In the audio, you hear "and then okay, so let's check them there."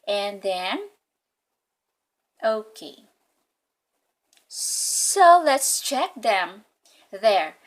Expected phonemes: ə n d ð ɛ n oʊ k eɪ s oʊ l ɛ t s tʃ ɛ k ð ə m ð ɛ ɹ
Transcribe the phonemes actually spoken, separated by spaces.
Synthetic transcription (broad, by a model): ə n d ð ɛ n oʊ k eɪ s oʊ l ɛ t s tʃ ɛ k ð ə m ð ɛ ɹ